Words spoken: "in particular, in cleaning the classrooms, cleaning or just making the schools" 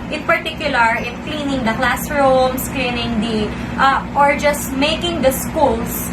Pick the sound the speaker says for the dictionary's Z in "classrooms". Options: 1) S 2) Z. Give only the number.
1